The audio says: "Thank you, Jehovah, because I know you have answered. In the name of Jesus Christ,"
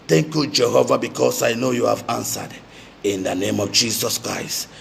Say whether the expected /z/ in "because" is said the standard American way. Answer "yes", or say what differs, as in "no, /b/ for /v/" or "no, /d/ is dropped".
no, /s/ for /z/